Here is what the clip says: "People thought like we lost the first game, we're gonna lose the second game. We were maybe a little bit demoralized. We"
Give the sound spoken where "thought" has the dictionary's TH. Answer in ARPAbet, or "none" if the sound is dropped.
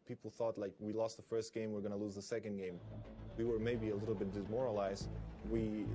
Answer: TH